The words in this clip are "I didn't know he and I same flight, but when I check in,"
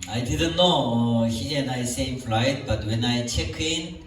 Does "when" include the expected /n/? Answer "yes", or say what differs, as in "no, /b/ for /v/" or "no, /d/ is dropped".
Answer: yes